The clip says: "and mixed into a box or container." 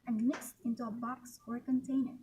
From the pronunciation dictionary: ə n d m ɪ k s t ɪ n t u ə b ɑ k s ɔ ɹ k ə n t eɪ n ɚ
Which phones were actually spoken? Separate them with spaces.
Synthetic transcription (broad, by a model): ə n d m ɪ k s t ɪ n t u ə b ɑ k s ɔ ɹ k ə n t eɪ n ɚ